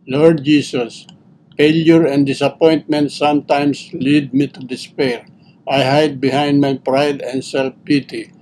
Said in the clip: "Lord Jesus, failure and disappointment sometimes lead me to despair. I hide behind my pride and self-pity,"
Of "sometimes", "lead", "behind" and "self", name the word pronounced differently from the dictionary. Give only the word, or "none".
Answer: sometimes